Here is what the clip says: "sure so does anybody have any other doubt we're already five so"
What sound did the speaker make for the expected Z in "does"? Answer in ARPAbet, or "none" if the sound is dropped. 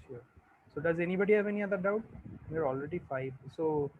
Z